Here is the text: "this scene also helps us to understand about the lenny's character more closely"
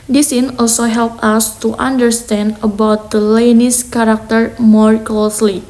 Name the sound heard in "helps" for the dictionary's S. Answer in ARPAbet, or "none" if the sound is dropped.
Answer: none